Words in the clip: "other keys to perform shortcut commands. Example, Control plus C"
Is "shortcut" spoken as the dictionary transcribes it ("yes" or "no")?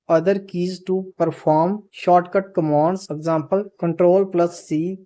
yes